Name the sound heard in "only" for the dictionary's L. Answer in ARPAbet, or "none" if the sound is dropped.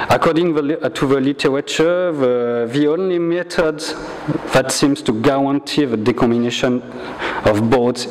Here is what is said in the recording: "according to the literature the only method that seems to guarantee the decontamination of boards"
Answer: L